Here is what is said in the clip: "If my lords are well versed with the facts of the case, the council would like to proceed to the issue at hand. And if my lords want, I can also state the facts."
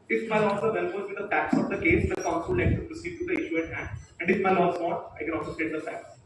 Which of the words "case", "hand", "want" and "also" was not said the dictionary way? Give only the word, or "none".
want